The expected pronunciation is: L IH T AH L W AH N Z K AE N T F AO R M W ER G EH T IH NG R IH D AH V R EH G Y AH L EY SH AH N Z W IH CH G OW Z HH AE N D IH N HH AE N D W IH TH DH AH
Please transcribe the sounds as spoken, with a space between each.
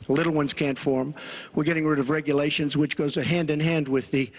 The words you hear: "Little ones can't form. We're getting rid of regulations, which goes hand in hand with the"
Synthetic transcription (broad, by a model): L IH T L W AH N Z K AE N T F AO R M W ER G EH T IH NG R IH D AH V R EH G Y AH L EY SH AH N Z W IH CH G OW Z HH AE N D IH N HH AE N D W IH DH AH